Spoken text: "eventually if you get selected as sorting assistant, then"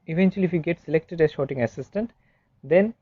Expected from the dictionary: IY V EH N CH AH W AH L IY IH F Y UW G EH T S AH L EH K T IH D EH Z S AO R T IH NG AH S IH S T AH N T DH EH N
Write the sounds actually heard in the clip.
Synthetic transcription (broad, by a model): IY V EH N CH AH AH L IY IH F Y UW G EH T S AH L EH K T IH D EH Z SH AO T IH NG AH S IH S T AH N T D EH N